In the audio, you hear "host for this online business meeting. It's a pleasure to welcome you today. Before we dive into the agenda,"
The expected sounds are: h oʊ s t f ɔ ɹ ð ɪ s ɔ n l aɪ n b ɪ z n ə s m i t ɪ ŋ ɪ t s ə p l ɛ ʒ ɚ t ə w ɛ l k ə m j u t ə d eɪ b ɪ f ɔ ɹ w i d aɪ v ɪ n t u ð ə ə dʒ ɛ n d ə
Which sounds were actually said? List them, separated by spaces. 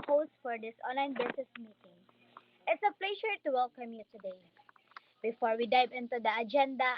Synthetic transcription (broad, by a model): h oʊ s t f ɔ ɹ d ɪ s ɔ n l aɪ n b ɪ s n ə s m i t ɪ ŋ ɪ t s ə p l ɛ ʃ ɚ t ə w ɛ l k ə m j u t ə d eɪ b ɪ f ɔ ɹ w i d aɪ v ɪ n t u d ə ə dʒ ɛ n d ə